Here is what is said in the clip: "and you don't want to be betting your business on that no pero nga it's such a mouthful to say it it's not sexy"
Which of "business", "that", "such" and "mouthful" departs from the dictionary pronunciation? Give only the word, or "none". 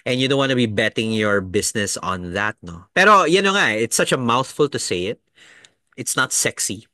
business